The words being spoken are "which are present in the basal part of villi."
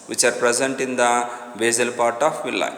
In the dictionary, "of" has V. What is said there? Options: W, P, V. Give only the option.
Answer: P